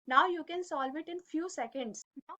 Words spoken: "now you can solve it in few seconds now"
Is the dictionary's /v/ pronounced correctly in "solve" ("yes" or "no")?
yes